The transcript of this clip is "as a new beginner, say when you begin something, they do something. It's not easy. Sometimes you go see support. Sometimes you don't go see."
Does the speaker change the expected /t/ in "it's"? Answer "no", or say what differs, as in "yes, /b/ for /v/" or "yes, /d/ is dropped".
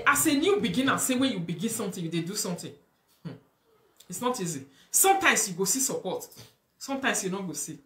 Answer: no